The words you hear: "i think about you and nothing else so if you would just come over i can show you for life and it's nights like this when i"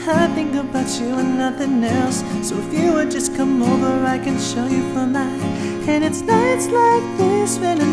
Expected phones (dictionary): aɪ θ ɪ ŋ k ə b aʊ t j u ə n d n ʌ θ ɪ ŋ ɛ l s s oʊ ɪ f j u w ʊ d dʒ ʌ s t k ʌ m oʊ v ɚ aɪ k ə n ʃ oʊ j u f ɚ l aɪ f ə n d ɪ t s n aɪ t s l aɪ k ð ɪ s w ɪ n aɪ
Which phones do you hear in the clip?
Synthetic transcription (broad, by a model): aɪ θ ɪ ŋ k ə b aʊ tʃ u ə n n ʌ θ ɪ ŋ ɛ l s s oʊ ɪ f j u w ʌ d dʒ ʌ s k ʌ m oʊ v ɚ aɪ k ə n ʃ oʊ j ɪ f ɚ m aɪ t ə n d ɪ t s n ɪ t s l aɪ k ð ɪ s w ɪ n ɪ